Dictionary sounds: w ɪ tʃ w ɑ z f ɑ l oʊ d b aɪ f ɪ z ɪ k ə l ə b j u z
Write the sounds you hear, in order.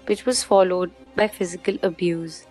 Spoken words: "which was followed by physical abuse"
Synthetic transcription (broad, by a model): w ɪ tʃ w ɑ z f ɑ l oʊ d b aɪ f ɪ z ɪ k ə l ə b j u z